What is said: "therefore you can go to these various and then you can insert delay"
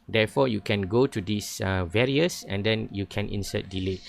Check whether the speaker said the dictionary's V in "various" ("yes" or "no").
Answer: yes